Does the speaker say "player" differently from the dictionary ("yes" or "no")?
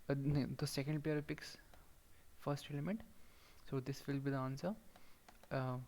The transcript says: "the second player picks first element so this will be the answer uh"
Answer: yes